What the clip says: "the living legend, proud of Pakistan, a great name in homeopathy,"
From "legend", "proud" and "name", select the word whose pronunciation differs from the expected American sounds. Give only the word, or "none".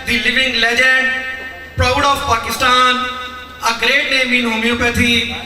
legend